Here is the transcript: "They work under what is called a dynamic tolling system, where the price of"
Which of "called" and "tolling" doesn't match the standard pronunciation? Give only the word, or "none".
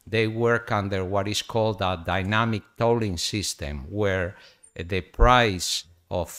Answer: none